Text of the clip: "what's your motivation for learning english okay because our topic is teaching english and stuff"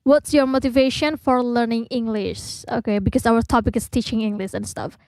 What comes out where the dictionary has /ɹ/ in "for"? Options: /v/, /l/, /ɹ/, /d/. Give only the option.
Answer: /ɹ/